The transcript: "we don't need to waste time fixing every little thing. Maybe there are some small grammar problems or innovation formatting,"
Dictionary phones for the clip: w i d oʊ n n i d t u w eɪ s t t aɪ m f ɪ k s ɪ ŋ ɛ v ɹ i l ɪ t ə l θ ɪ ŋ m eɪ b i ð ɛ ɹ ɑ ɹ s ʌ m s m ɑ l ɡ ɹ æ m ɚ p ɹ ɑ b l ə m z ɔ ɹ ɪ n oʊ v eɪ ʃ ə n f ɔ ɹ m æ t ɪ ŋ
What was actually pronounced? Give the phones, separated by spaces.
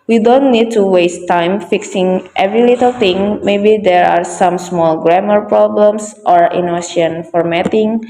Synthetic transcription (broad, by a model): w i d oʊ n n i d t u w eɪ s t t aɪ m f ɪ k s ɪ ŋ ɛ v ɹ i l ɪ t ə l t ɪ ŋ m eɪ b i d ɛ ɹ ɑ ɹ s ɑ m s m ɑ l ɡ ɹ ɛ m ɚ p ɹ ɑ b l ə m s ɔ ɹ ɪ n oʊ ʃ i ə n f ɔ ɹ m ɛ t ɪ ŋ